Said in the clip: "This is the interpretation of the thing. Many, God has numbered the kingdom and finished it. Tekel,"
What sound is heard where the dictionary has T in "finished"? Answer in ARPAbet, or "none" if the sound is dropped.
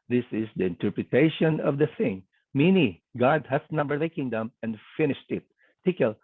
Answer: T